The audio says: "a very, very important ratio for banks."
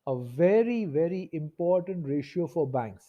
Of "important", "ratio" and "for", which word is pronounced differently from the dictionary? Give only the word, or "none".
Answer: none